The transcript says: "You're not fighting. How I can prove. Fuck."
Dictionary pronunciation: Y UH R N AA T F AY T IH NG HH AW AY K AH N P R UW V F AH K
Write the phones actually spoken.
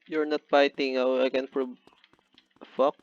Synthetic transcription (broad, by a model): Y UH R N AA T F AY T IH NG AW AY K AH N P R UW B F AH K